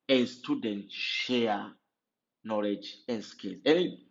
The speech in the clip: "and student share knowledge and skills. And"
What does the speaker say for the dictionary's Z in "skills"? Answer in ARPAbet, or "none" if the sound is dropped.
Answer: none